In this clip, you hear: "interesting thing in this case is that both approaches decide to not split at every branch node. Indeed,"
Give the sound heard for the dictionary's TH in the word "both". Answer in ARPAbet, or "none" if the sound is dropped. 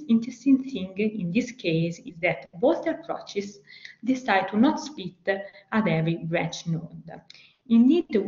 T